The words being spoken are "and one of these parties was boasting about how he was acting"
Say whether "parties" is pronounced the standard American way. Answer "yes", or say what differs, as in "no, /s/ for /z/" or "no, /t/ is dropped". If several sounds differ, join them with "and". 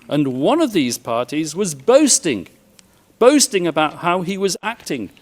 yes